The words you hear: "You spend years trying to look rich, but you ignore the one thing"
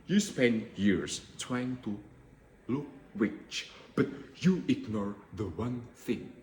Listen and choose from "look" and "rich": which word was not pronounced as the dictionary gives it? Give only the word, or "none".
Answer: rich